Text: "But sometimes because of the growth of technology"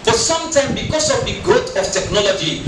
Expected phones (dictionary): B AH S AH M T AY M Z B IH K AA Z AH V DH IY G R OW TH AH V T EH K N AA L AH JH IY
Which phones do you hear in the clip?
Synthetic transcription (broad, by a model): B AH S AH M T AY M B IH K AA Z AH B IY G OW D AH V T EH K N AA L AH JH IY